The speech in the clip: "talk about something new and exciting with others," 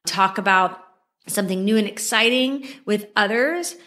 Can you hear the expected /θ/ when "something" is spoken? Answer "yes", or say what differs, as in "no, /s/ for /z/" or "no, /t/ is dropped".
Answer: yes